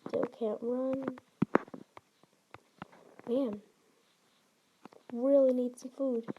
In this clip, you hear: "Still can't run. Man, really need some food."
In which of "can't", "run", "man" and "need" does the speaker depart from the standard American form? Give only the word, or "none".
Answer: none